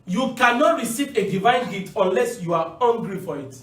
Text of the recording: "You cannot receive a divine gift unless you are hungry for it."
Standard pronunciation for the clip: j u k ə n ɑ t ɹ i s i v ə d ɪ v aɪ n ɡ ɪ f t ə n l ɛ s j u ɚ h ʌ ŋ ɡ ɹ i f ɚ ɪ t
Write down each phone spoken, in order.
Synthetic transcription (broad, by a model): j u k ə n ɑ t ɹ i s i v ə d ɪ v aɪ n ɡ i t ə n l ɛ s j u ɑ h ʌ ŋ ɡ ɹ i f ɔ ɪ t